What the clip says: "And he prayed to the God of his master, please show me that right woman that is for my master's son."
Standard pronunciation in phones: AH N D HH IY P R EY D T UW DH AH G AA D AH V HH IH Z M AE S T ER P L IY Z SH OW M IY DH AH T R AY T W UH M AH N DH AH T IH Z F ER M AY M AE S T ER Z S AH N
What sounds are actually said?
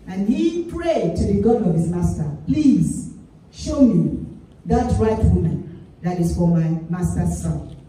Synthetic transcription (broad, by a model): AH N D HH IY P R EY D T UW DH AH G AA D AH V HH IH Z M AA S T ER P L IY Z SH OW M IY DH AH T R AY T W UH M AH N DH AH T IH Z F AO M AY M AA S T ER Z S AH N